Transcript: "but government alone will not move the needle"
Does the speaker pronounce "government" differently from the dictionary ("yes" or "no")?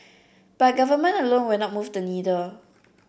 yes